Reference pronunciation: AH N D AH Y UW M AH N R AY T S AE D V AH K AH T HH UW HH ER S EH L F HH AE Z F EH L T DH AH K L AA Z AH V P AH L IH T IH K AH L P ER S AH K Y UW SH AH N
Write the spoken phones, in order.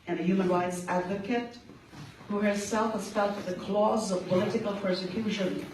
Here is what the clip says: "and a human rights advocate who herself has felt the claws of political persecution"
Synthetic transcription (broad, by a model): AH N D AH Y UW M AH N R AY T S AE D V AH K AH T HH UW HH ER S EH L F HH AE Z F EH L T DH AH K L AA Z AH V P AH L IH T IH K AH L P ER S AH K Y UW SH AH N